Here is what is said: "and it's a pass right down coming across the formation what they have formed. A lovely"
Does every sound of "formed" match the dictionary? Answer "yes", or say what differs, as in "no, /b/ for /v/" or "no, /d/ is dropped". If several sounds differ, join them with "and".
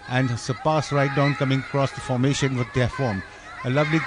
no, /d/ is dropped